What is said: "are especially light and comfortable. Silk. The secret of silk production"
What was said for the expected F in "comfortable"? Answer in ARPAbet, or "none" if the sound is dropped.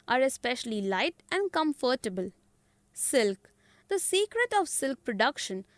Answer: F